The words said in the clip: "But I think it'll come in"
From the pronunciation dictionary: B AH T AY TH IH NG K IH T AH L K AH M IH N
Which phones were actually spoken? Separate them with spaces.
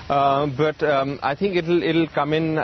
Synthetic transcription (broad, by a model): B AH T AY T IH NG K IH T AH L K AH M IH N